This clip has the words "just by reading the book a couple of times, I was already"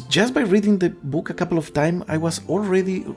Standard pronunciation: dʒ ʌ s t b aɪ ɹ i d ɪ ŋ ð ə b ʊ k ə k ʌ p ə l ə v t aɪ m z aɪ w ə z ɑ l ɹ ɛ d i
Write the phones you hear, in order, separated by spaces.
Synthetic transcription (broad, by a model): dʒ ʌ s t b aɪ ɹ i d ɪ ŋ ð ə b ʊ k ə k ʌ p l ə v t aɪ m aɪ w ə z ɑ l ɹ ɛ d i